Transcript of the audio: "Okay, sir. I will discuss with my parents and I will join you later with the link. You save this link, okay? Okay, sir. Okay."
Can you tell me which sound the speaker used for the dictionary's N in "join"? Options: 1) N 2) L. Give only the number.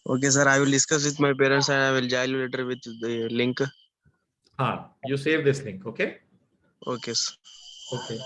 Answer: 2